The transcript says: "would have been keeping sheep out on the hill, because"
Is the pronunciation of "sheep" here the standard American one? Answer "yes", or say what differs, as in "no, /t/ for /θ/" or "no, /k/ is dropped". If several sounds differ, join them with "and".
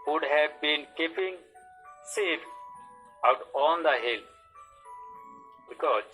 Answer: no, /s/ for /ʃ/